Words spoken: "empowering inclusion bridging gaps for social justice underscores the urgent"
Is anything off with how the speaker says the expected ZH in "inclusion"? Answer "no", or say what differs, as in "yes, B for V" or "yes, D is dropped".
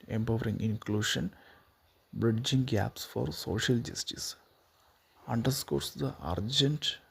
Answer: yes, SH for ZH